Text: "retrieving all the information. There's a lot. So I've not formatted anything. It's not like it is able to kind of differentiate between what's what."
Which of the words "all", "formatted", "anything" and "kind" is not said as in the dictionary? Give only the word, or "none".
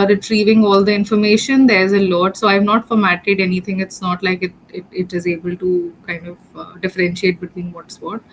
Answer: anything